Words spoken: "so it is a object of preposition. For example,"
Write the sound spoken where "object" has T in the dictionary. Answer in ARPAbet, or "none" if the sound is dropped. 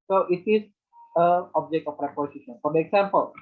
T